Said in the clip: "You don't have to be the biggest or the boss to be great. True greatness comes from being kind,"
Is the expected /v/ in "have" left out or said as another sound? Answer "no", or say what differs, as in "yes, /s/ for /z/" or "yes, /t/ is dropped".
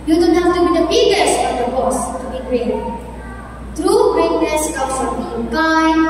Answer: yes, /f/ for /v/